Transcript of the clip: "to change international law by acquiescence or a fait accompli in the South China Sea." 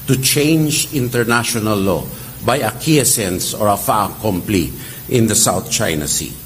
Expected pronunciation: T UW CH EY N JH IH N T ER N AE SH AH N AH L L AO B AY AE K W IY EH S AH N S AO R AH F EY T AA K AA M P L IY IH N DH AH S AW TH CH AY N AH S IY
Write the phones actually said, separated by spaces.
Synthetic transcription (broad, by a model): T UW CH EY N JH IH N T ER N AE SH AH N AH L L AO B AY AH K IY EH S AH N S AO R AH F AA K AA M P L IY IH N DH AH S AW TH CH AY N AH S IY